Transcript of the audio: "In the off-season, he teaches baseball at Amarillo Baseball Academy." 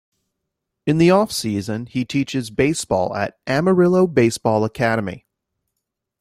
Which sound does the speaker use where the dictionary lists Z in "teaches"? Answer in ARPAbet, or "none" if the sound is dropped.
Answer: Z